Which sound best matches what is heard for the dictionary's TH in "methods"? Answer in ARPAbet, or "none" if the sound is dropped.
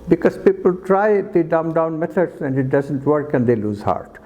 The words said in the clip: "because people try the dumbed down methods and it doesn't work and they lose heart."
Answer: T